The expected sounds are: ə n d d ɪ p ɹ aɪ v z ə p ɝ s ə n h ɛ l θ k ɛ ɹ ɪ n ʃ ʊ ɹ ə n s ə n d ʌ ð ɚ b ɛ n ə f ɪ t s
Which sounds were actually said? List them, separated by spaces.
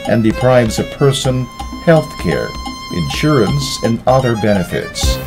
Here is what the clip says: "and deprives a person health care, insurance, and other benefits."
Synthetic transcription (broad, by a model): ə n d d ɪ p ɹ aɪ v z ə p ɝ s ə n h ɛ l θ k ɛ ɹ ɪ n ʃ ʊ ɹ ə n s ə n ʌ ð ɚ b ɛ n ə f ɪ t s